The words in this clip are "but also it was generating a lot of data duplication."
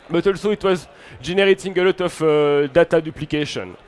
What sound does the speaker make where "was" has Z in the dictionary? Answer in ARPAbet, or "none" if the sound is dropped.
Z